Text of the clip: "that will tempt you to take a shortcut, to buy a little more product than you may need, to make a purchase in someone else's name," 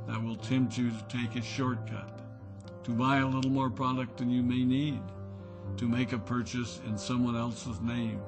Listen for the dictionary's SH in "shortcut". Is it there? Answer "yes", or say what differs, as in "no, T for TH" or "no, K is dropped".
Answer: yes